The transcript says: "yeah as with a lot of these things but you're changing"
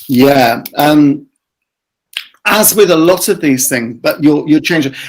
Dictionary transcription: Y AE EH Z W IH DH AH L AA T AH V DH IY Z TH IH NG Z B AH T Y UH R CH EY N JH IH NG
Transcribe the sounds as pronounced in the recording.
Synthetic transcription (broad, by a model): Y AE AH Z W IH DH AH L AA T AH V DH IY Z TH IH NG Z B AH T Y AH CH EY N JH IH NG